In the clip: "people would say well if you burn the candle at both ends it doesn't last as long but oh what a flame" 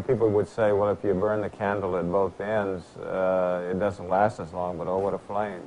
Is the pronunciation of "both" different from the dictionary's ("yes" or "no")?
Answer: no